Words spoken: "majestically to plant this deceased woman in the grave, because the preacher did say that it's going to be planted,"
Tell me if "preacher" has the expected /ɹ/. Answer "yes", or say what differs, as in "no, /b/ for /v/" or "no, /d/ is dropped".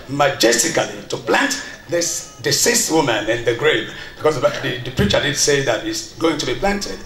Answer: yes